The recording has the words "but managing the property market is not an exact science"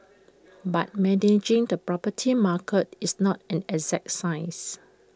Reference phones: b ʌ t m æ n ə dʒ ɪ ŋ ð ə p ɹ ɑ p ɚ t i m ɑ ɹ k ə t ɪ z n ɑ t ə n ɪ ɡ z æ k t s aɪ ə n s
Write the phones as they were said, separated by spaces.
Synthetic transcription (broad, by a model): b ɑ t m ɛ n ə dʒ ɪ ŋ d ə p ɹ ɑ p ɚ t i m ɑ k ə t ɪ s n ɑ t ə n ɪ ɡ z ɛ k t s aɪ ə s